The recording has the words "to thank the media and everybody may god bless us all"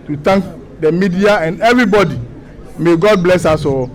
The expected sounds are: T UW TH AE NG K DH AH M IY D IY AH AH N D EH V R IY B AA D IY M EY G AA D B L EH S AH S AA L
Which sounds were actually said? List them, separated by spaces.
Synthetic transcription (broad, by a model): T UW T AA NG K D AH M IY D IY AH AH N D EH V R IY B AA D IY M EY G AA D B L EH S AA S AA